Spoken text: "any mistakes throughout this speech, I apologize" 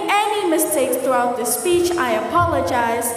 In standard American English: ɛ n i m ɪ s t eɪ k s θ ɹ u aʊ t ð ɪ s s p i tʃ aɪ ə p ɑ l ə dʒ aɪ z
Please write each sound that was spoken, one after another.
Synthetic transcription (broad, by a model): ɛ n i m ɪ s t eɪ k s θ ɹ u aʊ t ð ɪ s s p i tʃ aɪ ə p ɑ l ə dʒ aɪ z